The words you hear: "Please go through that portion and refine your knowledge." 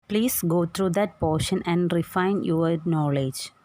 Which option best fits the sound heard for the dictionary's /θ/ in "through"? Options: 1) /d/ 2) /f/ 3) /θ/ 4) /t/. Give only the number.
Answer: 4